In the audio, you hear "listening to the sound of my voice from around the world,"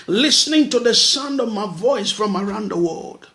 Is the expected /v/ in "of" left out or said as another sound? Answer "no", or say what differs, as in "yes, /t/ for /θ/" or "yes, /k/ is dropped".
no